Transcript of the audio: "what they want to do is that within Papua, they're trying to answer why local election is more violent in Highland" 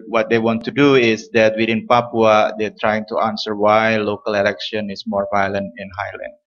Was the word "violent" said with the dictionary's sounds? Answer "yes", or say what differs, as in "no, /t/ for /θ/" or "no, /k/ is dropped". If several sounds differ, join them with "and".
yes